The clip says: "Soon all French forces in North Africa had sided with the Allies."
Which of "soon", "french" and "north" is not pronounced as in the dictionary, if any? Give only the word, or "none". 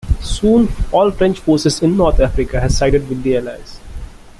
north